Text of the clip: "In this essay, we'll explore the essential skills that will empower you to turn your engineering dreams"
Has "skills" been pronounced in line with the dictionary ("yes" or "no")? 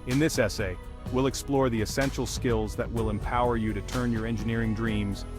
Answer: yes